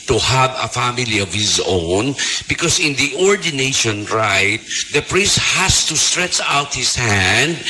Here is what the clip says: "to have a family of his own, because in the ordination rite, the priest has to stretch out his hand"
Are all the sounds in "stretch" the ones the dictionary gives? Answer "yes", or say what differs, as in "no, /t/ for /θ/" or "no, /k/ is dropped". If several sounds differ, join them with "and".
yes